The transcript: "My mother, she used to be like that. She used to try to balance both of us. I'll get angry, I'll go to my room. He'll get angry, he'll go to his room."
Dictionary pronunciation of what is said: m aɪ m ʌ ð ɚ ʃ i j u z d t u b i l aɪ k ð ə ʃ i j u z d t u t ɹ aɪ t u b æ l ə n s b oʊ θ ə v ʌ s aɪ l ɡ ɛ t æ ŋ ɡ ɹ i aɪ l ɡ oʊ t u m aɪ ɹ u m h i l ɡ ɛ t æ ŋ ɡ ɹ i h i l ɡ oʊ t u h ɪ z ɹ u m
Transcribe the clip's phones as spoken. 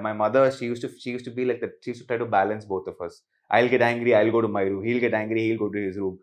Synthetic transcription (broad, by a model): m aɪ m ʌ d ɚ ʃ i j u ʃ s t u b i l aɪ k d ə ʃ i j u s t u t ɹ aɪ t u b æ l ə n s b oʊ t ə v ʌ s aɪ l ɡ ɛ t æ ŋ ɡ ɹ i aɪ l ɡ oʊ t u m aɪ ɹ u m h i l ɡ ɛ t æ ŋ ɡ ɹ i h i l ɡ oʊ t u h ɪ z ɹ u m